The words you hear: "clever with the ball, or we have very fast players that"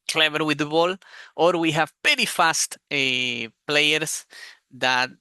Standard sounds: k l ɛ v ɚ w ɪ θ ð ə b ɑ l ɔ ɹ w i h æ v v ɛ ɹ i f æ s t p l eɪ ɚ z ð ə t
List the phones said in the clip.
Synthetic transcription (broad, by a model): k l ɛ v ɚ w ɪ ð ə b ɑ l ɔ ɹ w i h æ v p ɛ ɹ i f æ s t p l eɪ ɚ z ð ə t